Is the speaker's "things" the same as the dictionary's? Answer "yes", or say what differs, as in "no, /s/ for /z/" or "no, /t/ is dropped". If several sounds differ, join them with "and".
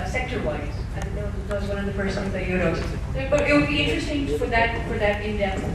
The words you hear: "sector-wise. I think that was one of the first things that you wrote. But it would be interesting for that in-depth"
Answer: no, /s/ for /θ/ and /ŋ/ is dropped